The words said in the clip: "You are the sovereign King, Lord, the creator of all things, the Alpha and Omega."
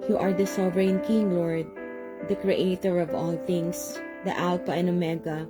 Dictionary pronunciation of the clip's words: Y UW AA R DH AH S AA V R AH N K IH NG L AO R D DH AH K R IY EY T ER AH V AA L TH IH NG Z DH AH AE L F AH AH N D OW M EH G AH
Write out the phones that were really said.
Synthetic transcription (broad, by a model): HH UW AA R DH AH S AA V R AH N K IH NG L AO R D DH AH K R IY EY T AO AH V AA L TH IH NG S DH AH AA L P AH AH N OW M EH G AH